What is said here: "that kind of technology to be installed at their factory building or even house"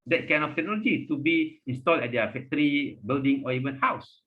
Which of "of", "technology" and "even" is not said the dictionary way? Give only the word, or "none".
of